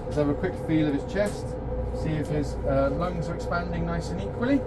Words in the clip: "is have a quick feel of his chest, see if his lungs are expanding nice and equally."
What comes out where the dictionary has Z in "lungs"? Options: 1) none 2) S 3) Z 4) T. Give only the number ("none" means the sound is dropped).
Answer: 3